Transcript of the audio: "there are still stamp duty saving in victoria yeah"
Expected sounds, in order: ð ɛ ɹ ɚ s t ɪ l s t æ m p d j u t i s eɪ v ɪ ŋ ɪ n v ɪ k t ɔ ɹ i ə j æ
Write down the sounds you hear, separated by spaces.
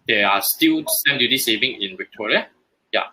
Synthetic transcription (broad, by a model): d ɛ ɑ s t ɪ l s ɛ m d j u t i s eɪ v ɪ ŋ ɪ n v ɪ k t ɔ ɹ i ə j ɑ